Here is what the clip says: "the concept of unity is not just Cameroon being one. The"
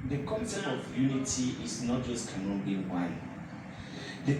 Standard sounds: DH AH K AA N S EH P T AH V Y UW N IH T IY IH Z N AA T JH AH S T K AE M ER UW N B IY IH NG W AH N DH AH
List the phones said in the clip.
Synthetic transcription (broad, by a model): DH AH K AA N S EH T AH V Y UW N IH T IY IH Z N AA T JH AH S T K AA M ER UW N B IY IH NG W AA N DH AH